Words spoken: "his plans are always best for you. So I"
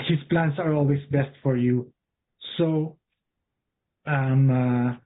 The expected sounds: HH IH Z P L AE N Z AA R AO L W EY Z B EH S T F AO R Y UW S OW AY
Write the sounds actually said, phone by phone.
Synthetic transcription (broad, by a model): HH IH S P L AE N S AA R AO L W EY S B EH S T F AO R Y UW S OW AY